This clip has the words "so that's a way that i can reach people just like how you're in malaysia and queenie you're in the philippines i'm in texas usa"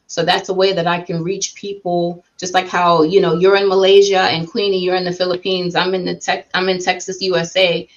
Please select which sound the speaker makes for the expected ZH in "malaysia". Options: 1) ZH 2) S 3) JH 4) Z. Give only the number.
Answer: 1